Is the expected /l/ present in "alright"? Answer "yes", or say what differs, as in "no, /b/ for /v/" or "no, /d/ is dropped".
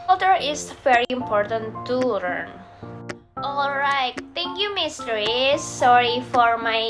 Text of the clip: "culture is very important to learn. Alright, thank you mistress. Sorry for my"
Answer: yes